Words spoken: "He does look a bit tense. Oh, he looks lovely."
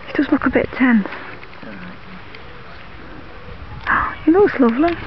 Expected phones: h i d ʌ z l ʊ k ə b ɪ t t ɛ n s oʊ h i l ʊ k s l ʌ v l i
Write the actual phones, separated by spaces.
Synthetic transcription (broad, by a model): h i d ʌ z l ʊ k ə b ɪ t t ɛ n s oʊ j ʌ n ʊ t s l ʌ v l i